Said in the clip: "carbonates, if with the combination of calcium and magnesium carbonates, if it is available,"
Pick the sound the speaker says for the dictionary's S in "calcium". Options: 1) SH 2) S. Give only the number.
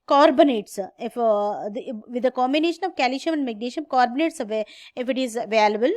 1